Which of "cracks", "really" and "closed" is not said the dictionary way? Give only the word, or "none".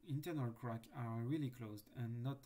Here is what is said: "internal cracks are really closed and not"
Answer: cracks